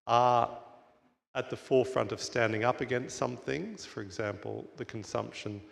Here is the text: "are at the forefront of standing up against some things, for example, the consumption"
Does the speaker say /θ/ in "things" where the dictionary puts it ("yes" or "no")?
yes